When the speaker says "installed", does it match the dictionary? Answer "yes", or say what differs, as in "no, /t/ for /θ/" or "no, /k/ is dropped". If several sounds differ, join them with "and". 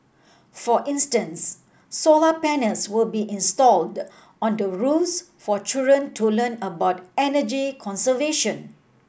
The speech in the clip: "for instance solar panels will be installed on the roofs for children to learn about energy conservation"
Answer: yes